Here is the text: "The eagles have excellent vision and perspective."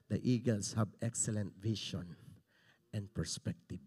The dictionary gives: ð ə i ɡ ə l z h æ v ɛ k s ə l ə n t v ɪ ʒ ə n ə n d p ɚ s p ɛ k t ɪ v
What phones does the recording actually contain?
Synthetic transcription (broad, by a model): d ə i ɡ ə l s h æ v ɛ k s ə l ə n t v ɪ ʃ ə n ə n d p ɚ s p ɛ k t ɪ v